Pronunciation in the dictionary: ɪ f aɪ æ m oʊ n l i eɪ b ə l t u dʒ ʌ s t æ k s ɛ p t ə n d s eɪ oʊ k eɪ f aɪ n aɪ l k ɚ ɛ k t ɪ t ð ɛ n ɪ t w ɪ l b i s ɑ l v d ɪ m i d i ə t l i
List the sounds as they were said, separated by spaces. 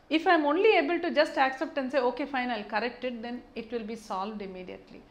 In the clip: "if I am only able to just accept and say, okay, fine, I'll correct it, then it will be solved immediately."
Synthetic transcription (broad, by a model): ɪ f aɪ m oʊ n l i eɪ b ə l t u dʒ ʌ s t æ k s ɛ p t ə n s eɪ oʊ k eɪ f aɪ n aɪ l k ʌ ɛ k t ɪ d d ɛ n ɪ t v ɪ l b i s ɑ l v d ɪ m i d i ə t l i